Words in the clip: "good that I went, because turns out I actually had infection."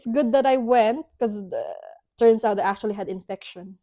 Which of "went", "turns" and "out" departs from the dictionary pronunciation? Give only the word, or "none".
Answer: turns